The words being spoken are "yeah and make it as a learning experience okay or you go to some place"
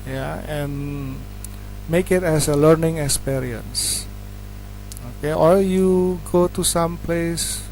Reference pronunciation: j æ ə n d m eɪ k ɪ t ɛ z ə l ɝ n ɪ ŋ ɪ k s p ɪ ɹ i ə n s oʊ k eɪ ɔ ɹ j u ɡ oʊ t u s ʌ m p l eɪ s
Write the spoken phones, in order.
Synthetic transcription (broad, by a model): j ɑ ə n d m eɪ k ɪ t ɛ s ə l ɝ n ɪ ŋ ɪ k s p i ɹ i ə n s oʊ k eɪ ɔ l j u ɡ oʊ t u s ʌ m p l eɪ s